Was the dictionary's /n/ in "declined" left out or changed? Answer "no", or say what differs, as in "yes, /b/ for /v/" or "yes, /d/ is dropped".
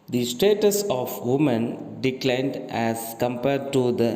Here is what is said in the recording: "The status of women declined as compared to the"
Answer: no